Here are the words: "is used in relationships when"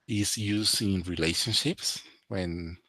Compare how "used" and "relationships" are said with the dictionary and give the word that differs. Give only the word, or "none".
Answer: used